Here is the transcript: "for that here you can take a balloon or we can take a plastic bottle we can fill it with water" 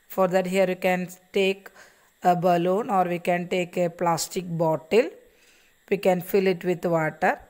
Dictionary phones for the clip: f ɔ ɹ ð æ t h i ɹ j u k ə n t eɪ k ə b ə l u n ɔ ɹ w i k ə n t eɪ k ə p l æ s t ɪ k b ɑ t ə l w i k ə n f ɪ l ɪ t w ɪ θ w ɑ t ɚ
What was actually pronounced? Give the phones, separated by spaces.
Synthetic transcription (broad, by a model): f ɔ ɹ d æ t h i ɹ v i k ə n t eɪ k ə b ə l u n ɔ ɹ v i k ə n t eɪ k ə p l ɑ s t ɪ k b ɑ t ə l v i k ə n f ɪ l ɪ t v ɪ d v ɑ t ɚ